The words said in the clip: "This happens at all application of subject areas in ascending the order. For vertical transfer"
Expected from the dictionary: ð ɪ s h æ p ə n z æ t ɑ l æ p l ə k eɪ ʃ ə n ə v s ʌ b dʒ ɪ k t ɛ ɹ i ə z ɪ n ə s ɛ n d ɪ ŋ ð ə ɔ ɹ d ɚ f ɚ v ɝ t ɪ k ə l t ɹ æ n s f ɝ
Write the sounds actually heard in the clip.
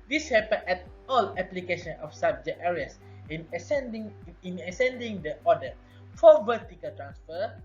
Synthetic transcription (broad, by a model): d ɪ s h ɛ p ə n ɛ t ɑ l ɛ p l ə k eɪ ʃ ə n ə f s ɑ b dʒ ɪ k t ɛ ɹ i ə s ɪ n ə s ɛ n d ɪ ŋ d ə ɔ d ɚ f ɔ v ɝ t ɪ k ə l t ɹ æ n s f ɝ